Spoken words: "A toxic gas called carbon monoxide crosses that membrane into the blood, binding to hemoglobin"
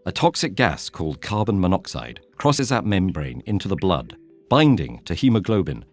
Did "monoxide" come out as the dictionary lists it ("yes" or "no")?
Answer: yes